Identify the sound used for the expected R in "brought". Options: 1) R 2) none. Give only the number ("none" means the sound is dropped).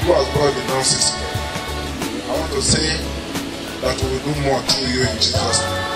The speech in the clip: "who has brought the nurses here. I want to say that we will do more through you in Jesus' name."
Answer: 2